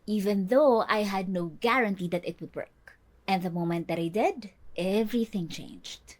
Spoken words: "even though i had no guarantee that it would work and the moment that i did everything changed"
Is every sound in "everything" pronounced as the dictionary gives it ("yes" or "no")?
yes